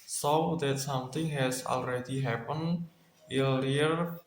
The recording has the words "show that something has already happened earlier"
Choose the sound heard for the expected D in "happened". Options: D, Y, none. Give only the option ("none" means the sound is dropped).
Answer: none